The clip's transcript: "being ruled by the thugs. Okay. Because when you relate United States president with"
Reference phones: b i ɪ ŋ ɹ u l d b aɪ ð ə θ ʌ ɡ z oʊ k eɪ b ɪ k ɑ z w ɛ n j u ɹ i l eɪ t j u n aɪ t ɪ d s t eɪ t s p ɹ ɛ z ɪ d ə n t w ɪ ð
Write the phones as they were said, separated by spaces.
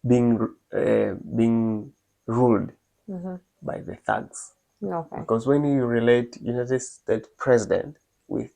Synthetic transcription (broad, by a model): b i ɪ ŋ ɹ u l d b aɪ ð ə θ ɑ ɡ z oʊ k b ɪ k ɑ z w ɛ n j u ɹ i l eɪ t j u n aɪ t ɪ d s t eɪ t s p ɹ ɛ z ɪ d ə n t w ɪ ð